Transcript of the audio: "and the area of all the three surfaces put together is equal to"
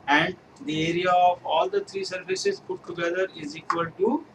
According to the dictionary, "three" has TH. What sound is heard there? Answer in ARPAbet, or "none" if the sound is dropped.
T